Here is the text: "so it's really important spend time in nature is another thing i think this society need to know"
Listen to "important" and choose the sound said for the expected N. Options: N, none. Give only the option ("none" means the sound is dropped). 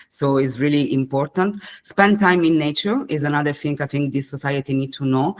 N